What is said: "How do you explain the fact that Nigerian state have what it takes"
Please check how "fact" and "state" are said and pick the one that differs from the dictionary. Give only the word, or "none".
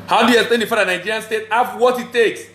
fact